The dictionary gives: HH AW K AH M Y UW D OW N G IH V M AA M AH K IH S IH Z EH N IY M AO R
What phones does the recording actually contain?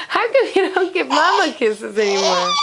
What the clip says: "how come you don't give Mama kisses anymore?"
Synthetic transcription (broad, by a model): HH AW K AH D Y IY D OW N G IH P M AA M AH K IH S IH Z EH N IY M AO R